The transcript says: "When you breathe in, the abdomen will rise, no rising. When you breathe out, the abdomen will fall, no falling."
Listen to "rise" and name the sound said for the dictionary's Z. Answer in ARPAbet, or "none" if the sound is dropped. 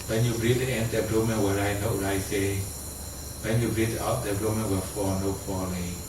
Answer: none